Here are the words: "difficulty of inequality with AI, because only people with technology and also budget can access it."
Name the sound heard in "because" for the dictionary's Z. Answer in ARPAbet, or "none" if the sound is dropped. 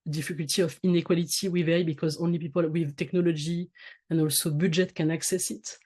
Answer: Z